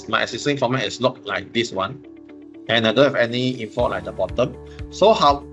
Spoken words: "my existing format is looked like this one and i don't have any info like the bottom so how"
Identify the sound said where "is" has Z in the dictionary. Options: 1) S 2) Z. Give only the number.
1